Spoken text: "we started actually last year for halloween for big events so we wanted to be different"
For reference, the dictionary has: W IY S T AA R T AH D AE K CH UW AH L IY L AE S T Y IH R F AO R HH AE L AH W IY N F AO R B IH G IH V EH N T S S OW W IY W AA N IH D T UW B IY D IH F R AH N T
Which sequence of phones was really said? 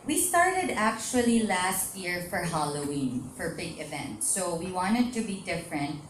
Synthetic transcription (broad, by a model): W IY S T AA R T AH D AE K CH UW AH L IY L AE S T Y IH R F AO R HH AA L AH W IY N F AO R B IH G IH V EH N T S S OW W IY W AA N IH D T UW B IY D IH F R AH N T